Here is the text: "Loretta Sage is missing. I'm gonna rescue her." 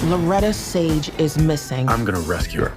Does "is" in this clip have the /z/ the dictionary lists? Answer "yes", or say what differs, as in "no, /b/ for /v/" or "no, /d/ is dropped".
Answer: yes